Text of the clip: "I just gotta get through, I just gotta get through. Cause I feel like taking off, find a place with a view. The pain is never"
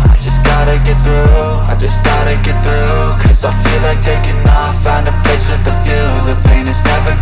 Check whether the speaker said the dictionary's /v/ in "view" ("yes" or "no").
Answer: no